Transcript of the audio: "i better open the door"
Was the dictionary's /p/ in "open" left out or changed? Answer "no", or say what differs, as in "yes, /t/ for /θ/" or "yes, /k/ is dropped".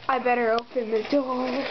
no